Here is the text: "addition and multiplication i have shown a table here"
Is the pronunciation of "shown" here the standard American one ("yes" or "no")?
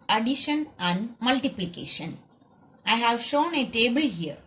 yes